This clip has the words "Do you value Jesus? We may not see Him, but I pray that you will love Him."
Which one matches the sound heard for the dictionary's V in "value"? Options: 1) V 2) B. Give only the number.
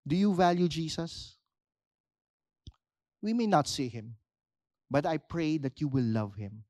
1